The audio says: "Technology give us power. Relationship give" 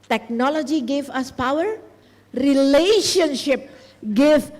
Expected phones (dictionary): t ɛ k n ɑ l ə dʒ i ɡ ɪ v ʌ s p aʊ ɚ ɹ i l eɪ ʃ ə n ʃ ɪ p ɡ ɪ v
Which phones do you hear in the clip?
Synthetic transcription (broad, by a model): t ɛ k n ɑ l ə dʒ i ɡ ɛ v ʌ s p aʊ ɚ ɹ i l eɪ ʃ ə n ʃ ɪ p ɡ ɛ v